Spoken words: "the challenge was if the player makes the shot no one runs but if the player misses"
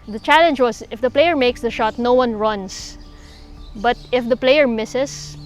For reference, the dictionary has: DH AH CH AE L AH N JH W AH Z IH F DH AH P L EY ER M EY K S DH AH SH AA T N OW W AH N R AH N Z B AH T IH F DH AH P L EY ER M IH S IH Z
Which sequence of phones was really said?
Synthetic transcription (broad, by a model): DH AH CH AE L AH N JH W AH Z IH F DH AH P L EY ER M EY K S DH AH SH AA T N OW W AH N R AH N S B AH T IH F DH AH P L EY ER M IH S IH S